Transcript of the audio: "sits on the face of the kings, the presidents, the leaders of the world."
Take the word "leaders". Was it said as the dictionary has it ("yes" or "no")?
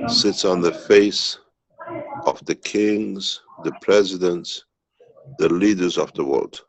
yes